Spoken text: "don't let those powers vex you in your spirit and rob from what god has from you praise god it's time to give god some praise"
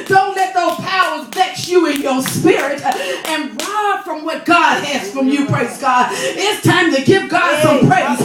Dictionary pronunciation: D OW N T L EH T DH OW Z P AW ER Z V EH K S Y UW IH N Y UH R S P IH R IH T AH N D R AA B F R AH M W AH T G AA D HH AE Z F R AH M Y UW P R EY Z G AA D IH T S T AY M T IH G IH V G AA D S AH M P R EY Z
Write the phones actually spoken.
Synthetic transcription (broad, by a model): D OW N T L EH T DH OW Z P AW ER Z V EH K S Y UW IH N Y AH R S P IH R IH T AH N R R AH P F R AH M W AH T G AA D HH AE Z F R AH M Y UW P R EY Z G AA D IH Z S T AY M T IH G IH P G AA D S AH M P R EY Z